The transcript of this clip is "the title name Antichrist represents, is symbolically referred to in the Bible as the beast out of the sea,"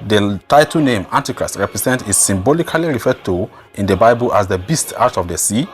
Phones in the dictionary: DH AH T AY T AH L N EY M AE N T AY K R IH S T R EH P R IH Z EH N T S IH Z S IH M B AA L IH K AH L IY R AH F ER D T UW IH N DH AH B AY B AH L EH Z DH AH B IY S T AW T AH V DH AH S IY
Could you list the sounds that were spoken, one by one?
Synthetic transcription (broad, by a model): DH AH T AY T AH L N EY M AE N T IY K R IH S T R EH P R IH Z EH N T IH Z S IH M B AA L IH K AH L IY R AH F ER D T UW IH N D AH B AY B AH L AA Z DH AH B IY S T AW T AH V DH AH S IY